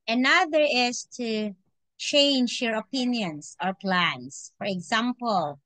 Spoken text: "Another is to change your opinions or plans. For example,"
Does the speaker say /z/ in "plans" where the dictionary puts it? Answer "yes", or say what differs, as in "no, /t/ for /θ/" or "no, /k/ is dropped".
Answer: no, /s/ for /z/